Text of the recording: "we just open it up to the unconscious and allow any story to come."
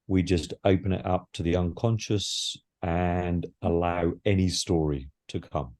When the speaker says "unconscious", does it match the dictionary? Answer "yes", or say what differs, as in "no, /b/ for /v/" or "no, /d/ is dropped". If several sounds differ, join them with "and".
yes